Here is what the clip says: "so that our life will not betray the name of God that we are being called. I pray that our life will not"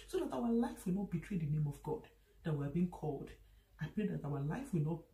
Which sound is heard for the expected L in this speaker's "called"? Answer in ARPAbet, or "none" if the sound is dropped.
L